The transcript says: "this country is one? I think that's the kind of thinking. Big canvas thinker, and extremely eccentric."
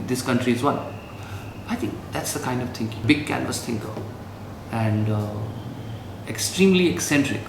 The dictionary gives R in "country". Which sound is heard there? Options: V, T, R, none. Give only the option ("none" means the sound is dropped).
R